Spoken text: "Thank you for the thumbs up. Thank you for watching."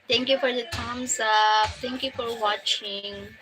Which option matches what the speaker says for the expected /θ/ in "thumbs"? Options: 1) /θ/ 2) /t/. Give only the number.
2